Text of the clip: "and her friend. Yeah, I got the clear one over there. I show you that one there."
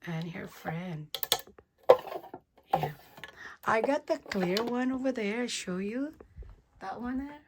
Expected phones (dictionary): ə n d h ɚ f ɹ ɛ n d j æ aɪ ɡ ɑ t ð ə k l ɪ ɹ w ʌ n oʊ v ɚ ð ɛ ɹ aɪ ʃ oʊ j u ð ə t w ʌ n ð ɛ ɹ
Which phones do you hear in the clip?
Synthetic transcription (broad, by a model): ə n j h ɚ f ɹ ɛ n d j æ aɪ ɡ ɑ t ð ə k l ɪ ɹ w ʌ n oʊ v ɚ ð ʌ ɹ aɪ ʃ oʊ j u ð ə t w ʌ n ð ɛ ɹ